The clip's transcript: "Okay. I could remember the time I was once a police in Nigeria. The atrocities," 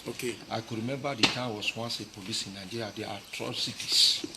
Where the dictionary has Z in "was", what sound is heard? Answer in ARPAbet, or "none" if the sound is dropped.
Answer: S